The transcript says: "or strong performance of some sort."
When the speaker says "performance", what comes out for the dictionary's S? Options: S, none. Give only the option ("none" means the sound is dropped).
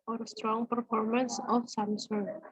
S